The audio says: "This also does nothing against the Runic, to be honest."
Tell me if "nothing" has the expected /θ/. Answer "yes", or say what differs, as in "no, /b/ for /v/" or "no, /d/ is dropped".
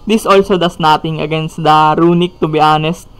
no, /t/ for /θ/